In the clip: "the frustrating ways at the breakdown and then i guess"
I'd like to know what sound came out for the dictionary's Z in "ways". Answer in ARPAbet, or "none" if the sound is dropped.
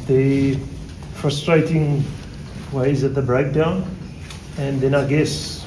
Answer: Z